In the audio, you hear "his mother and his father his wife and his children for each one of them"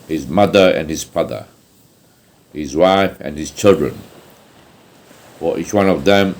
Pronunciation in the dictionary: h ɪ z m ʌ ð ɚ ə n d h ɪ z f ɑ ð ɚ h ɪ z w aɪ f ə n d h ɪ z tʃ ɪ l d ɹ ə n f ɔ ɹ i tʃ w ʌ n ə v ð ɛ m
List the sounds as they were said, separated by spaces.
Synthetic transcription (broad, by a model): h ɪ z m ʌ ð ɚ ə n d h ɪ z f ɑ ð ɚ h ɪ z w aɪ f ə n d h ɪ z tʃ ɪ l d ɹ ə n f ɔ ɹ i tʃ w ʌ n ə v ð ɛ m